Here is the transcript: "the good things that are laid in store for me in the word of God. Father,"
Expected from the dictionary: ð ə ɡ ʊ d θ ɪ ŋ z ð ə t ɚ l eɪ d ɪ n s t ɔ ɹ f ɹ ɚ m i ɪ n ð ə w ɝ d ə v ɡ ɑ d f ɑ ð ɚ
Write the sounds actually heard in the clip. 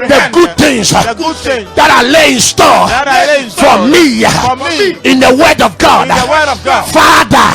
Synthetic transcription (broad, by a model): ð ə ɡ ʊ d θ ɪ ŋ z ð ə t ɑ l eɪ ɪ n s t ɔ f ɹ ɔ m i ɪ n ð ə w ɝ d ə v ɡ ɑ d f ɑ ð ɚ